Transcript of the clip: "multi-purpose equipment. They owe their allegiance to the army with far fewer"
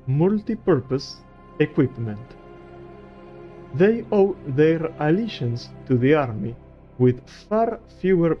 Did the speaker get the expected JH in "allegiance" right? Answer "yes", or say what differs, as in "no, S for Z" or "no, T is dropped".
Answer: no, SH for JH